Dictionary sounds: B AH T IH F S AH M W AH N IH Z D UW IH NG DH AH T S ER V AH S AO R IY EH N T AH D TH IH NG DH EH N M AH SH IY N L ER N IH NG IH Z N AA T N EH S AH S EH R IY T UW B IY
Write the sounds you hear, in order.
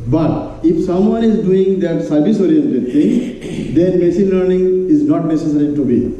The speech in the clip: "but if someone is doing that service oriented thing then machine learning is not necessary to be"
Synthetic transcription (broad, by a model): B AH T IH F S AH M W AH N IH Z D UW IH NG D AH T S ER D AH S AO R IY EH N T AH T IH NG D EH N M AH S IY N L ER N IH NG IH Z N AA T N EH S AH S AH R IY T UW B IY